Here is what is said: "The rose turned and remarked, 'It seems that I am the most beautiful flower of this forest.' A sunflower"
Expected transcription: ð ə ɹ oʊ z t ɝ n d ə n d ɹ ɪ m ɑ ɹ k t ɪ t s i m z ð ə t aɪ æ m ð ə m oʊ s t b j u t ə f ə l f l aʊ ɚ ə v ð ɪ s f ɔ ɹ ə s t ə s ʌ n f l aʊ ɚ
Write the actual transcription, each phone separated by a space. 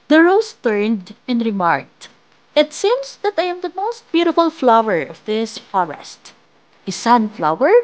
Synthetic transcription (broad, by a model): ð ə ɹ oʊ s t ɝ n d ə n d ɹ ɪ m ɑ ɹ k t ɪ t s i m s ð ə t aɪ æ m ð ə m oʊ s t b j u t ə f ə l f l aʊ ɚ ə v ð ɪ s f ɔ ɹ ə s t ə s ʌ n f l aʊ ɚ